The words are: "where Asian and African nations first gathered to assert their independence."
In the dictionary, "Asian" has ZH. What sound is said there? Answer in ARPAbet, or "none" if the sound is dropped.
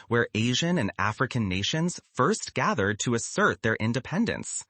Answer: ZH